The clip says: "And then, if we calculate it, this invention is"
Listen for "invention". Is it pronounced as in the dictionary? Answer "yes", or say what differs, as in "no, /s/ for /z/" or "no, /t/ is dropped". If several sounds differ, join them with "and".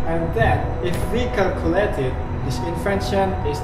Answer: no, /f/ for /v/